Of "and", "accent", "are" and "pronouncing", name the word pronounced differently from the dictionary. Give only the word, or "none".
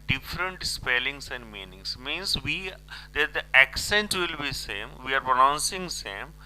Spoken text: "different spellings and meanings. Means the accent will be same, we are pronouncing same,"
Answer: none